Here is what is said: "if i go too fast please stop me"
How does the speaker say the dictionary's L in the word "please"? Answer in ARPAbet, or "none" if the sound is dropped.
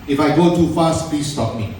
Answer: none